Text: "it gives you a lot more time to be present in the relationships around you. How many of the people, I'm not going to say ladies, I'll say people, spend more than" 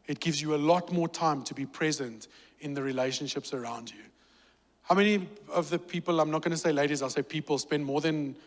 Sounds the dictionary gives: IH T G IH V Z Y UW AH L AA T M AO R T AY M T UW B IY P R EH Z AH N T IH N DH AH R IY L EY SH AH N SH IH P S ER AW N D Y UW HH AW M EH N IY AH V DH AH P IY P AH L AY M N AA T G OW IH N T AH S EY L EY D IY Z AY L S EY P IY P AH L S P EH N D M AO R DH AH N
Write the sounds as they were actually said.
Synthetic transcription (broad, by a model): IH T G IH V Z Y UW AH L AA T M AO T AY M T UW B IY P R EH Z AH N T IH N DH AH R IY L EY SH AH N SH IH P S ER AW N D Y UW HH AW M EH N IY AH V DH AH P IY P AH L AY M N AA T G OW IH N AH S EY L EY D IY Z AY L S EY P IY P AH L S P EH N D M AO DH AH N